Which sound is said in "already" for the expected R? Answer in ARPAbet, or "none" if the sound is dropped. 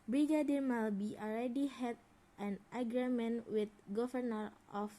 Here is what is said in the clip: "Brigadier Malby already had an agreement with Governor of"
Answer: L